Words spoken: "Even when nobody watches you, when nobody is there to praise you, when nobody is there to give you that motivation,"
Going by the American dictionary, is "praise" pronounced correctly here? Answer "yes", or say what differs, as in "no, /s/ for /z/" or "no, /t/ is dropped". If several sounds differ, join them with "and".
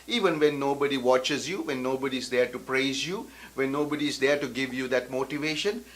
yes